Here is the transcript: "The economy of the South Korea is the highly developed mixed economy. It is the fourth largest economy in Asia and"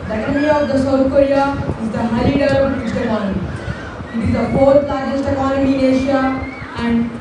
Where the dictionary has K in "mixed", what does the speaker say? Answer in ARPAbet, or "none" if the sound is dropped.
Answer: none